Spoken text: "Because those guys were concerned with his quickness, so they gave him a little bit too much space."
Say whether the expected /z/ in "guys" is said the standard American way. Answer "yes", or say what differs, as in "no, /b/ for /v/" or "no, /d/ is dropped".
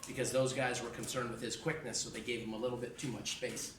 yes